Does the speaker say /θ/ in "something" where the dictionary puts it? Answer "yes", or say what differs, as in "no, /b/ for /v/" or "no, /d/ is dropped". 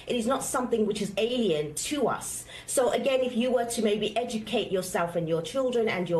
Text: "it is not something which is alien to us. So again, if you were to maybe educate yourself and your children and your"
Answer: yes